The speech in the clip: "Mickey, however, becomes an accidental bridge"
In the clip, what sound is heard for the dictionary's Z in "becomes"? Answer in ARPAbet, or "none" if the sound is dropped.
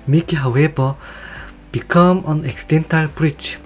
none